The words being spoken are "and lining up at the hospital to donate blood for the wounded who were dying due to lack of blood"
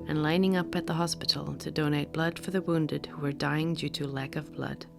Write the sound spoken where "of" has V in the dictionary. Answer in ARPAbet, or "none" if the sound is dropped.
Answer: V